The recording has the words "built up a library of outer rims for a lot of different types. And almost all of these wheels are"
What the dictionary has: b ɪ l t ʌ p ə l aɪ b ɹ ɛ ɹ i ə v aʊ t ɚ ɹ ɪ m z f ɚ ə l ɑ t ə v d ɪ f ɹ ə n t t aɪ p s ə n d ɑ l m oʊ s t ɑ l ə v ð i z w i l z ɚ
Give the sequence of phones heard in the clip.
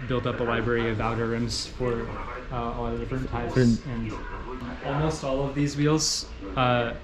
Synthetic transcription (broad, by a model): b ɪ l t ʌ p ə l aɪ b ɹ ɛ ɹ i ə v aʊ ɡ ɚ ɹ ɪ m z f ɚ ə l ɑ t ə v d ɪ f ɹ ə n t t aɪ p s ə n ɑ l m oʊ s t ɑ l ə v ð i z w i l z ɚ